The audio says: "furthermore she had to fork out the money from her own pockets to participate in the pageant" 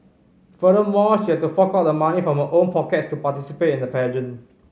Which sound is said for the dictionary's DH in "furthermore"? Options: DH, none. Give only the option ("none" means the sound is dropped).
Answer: none